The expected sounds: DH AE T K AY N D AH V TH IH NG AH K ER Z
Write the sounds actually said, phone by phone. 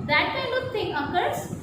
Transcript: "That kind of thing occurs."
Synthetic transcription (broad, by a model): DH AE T K AY N D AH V T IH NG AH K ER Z